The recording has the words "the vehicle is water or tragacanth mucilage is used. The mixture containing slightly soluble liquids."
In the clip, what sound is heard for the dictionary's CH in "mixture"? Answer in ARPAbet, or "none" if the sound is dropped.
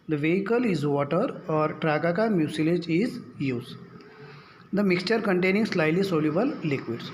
CH